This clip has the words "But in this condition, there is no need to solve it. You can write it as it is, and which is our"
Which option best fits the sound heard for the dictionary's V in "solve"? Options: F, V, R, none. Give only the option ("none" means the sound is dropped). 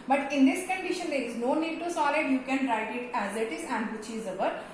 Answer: none